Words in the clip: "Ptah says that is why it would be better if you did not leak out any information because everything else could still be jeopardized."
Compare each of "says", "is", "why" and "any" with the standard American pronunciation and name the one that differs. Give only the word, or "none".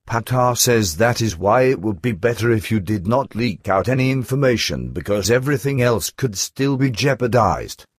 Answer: none